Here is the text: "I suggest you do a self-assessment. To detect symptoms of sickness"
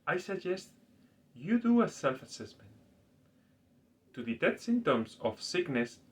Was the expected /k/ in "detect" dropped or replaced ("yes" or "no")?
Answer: yes